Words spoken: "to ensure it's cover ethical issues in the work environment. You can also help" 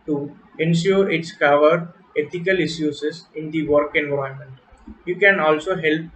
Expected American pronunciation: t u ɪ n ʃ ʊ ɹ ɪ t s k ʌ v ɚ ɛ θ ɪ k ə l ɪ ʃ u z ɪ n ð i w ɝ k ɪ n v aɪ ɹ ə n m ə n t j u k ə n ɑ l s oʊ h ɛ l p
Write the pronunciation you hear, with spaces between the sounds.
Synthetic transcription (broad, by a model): t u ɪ n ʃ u ɹ ɪ t s k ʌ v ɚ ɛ t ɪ k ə l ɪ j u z ɪ n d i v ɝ k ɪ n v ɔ ə m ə n t j u k ə n ɑ l s oʊ h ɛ l p